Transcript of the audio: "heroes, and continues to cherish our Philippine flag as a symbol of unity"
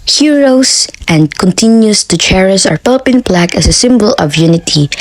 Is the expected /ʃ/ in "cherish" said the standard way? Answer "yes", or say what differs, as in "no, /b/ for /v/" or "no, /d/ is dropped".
no, /s/ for /ʃ/